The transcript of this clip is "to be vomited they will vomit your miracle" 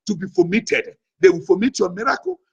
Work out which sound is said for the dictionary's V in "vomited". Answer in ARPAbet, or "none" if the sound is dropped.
F